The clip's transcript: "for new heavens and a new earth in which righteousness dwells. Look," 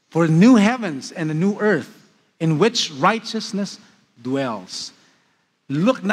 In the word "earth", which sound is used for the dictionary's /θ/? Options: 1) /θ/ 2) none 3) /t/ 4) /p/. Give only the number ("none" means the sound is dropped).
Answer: 1